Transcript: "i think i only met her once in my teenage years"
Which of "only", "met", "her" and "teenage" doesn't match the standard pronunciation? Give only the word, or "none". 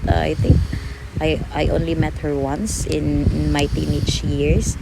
teenage